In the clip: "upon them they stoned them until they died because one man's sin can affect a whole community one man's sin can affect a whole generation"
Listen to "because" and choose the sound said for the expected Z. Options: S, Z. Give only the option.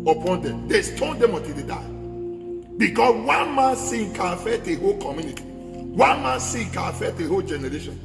S